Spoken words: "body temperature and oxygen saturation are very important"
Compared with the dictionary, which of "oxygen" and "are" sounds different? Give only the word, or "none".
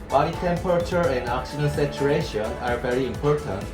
oxygen